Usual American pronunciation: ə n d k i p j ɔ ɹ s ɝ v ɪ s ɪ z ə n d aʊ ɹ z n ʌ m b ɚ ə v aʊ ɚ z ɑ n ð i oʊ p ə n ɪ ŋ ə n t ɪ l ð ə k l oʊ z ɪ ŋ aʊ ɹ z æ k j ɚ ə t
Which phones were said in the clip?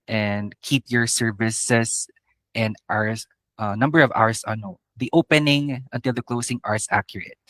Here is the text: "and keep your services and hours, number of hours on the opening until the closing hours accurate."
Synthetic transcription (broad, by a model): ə n d k i p j ɔ ɹ s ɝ v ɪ s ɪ s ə n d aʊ ɹ s n ʌ m b ɚ ə v aʊ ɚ s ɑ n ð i oʊ p ə n ɪ ŋ ə n t ɪ l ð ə k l oʊ s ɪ ŋ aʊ ɹ s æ k j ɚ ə t